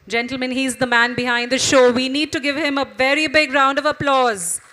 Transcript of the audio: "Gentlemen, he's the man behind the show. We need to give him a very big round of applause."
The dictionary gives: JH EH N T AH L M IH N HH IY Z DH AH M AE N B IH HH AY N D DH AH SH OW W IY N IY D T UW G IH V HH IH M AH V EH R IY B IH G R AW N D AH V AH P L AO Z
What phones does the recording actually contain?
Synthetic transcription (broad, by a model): JH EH N T L M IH N HH IY Z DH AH M AE N B IH HH AY N D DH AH SH OW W IY N IY D T UW G IH V HH IH M AH V EH R IY B IH G R AW N D AH V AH P L AO Z